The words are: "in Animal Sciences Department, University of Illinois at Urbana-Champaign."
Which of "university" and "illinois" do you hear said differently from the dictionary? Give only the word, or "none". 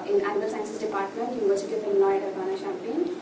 illinois